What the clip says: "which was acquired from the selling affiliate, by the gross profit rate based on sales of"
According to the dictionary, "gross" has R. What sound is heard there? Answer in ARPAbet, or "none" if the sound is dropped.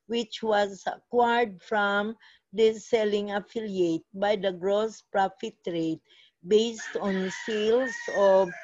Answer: R